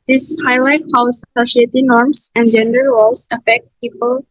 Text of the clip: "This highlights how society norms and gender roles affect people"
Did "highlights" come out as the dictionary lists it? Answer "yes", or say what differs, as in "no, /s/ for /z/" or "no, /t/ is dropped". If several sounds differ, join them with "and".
no, /s/ is dropped